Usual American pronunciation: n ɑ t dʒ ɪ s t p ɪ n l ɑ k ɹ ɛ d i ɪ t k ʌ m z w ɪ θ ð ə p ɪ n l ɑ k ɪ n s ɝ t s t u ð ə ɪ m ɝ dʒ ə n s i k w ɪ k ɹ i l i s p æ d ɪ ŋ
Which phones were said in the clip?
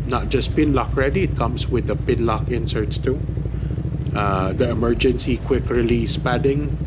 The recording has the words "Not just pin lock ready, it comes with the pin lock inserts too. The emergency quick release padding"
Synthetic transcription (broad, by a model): n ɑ t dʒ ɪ s p ɪ n l ɑ k ɹ ɛ d i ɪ t k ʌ m s w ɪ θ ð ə p ɪ n l ɑ k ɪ n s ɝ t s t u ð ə ɪ m ɝ dʒ ə n s i k w ɪ k ɹ i l i s p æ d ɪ ŋ